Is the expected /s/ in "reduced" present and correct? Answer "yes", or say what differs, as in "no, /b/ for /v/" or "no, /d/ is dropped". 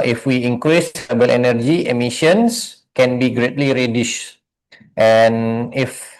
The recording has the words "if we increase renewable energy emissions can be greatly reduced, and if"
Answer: no, /ʃ/ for /s/